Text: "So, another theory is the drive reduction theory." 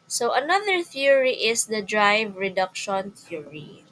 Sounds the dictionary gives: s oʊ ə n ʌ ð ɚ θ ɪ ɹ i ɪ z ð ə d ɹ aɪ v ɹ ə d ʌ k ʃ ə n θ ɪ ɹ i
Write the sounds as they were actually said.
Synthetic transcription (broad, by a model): s oʊ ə n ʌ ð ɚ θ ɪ ɹ i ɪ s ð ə d ɹ aɪ v ɹ ə d ʌ k ʃ ə n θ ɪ ɹ i